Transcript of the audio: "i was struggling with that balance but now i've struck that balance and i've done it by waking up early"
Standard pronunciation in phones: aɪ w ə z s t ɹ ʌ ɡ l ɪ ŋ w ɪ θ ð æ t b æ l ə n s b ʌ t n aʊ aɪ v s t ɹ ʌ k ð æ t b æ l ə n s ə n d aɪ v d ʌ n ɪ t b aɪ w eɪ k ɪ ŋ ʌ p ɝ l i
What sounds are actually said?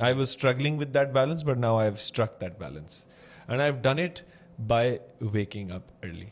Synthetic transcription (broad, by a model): aɪ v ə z s t ɹ ʌ ɡ l ɪ ŋ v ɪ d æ t b æ l ə n s b ʌ t n aʊ aɪ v s t ɹ ʌ k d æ t b æ l ə n s ə n d aɪ v d ʌ n ɪ t b aɪ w eɪ k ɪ ŋ ʌ p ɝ l i